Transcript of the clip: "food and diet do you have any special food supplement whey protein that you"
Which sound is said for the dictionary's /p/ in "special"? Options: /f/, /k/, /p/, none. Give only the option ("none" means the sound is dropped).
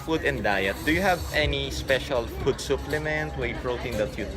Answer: /p/